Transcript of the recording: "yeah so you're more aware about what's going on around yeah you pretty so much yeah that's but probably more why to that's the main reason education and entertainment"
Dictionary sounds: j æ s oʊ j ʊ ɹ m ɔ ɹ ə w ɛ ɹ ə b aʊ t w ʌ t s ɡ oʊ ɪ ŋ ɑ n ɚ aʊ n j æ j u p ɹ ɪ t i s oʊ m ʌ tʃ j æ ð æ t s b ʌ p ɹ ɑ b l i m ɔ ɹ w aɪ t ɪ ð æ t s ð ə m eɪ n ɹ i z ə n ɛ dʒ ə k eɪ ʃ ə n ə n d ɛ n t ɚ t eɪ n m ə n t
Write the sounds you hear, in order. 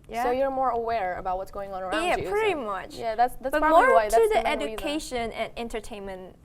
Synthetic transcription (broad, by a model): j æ s oʊ j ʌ ɹ m ɔ ɹ ə w ɛ ɹ ə b aʊ t w ʌ t s ɡ oʊ ɪ ŋ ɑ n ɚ j æ p ɹ ɪ t i m ʌ tʃ j æ ð æ t s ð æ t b i m ɔ ɹ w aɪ t ɪ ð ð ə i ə ɛ dʒ ə k eɪ ʃ ə n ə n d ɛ n t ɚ t eɪ n m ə n t